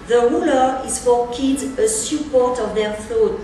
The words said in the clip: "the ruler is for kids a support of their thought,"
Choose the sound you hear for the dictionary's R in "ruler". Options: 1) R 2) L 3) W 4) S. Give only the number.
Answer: 1